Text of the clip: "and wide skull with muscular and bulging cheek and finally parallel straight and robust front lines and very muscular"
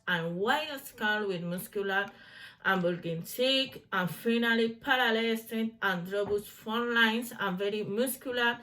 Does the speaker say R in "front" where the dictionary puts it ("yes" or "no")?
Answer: no